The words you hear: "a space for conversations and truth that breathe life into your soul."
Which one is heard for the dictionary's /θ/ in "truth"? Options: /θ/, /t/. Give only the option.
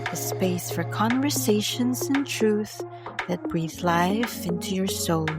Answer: /θ/